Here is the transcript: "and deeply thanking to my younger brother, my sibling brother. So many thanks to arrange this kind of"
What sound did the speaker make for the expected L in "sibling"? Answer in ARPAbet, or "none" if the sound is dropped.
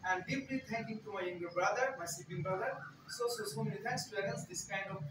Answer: none